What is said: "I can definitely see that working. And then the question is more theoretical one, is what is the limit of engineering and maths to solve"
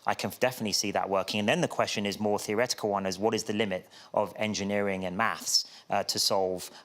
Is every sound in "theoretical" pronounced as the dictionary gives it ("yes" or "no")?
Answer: yes